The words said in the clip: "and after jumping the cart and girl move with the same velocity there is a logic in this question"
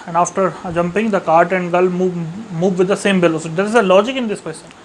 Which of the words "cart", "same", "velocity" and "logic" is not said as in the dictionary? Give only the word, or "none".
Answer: velocity